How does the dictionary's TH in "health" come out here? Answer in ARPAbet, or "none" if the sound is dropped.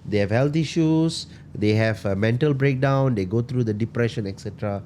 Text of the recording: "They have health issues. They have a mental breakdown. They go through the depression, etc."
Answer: T